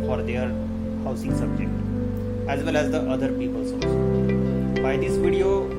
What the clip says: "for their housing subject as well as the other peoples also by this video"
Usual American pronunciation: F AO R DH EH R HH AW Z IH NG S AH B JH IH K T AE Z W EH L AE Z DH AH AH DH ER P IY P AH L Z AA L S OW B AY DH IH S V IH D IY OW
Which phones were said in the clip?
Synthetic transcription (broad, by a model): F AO R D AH R HH AW S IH NG S AH B JH IH K T AE Z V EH L AE Z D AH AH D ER P IY P AH L S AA S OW B AY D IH S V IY D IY OW